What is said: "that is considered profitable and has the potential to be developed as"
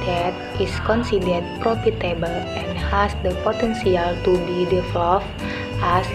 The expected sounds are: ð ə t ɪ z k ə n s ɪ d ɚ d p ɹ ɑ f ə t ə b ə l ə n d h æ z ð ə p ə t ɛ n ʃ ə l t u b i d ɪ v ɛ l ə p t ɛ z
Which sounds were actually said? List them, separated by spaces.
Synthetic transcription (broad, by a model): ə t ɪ s k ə n s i d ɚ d p ɹ ɑ f ə t ə b ə l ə n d h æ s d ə p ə t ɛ n s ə l t u b i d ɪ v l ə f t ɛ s